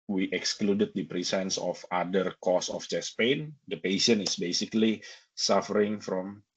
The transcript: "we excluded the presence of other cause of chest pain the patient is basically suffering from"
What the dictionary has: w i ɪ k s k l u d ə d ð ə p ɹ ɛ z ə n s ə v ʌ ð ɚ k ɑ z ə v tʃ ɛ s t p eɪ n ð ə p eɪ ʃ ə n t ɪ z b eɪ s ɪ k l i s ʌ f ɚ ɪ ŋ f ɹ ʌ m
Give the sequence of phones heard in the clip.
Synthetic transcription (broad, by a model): w i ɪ k s k l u d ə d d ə p ɹ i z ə n s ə f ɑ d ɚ k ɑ s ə f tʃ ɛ s p eɪ n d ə p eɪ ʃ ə n ɪ s b eɪ s ɪ k l i s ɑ f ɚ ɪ ŋ f ɹ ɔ m